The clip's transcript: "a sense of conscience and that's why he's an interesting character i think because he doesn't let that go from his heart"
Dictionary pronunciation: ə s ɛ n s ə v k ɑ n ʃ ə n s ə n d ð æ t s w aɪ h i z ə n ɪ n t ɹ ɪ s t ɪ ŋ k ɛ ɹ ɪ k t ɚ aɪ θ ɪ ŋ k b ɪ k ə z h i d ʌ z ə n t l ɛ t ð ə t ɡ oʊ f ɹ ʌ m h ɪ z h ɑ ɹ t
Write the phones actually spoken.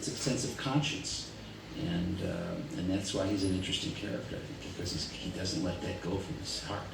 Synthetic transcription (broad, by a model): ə s ɛ n s ə v k ɑ n ʃ ə n s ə n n ð æ t s w aɪ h i z ə n ɪ n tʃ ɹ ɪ s t ɪ ŋ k ɛ ɹ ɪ k t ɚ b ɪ k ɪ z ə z h i d ʌ z ə n t l ɛ t ð ə t ɡ oʊ f ɹ ʌ m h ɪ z h ɑ ɹ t